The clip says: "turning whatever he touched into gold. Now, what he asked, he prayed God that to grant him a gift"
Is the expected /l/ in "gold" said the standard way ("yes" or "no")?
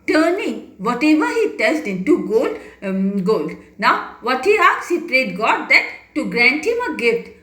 yes